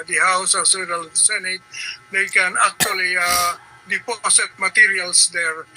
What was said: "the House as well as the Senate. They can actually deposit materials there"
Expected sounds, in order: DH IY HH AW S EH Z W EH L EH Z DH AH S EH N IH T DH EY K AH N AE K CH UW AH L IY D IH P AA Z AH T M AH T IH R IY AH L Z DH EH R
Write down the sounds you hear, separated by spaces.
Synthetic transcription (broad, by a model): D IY HH AW S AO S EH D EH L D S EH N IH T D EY K AH N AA K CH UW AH L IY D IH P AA S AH T M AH T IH R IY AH L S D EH R